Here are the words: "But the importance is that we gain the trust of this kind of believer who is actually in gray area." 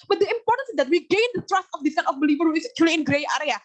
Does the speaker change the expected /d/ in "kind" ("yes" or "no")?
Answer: yes